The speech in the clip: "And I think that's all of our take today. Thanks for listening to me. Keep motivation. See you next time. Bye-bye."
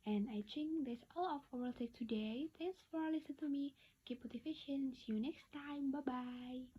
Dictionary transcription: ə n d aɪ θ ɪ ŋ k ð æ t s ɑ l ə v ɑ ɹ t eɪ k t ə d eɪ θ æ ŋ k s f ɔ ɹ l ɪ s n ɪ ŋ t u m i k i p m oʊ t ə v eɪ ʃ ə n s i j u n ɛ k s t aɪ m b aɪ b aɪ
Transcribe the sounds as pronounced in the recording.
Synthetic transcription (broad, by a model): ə n aɪ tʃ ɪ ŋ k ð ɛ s ɑ l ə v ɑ l t eɪ k t ə d eɪ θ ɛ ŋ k s f ɔ ɹ l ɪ s ɪ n t u m i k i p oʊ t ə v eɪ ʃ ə n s j u n ɛ k s t aɪ m b aɪ b aɪ